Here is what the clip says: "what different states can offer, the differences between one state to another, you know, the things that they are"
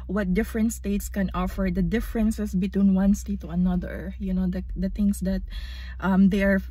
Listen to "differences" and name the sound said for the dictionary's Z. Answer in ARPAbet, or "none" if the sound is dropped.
S